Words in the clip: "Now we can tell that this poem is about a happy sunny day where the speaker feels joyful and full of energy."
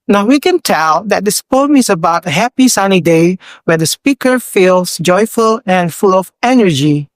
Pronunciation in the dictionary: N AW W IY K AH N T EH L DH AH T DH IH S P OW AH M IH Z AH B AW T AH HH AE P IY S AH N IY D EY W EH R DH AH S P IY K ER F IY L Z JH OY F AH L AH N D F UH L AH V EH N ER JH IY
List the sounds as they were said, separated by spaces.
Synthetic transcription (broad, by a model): N AW W IY K AH N T EH L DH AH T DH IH S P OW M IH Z AH B AW T AH HH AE P IY S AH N IY D EY W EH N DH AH S P IY K ER F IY L S JH OY F AH L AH N F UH L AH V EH N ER JH IY